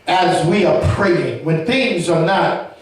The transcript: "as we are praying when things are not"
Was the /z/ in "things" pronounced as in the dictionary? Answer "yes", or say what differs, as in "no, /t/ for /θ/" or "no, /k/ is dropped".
yes